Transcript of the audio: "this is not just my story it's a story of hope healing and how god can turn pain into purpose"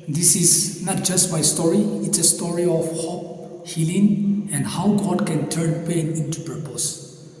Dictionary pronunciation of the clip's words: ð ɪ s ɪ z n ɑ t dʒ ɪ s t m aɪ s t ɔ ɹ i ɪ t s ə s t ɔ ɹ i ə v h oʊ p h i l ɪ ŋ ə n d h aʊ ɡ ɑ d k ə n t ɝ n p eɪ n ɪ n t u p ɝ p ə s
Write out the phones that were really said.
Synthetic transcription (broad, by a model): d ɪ s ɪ s n ɑ t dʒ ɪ s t m aɪ s t ɔ ɹ i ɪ t s ə s t ɔ ɹ i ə f h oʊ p h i l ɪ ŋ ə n h aʊ ɡ ɑ d k ə n t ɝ n p eɪ n ɪ n t u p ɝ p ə s